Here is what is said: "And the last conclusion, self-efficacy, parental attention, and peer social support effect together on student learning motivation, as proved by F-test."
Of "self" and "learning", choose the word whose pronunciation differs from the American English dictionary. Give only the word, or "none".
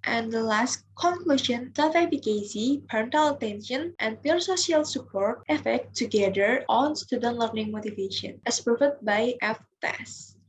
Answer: self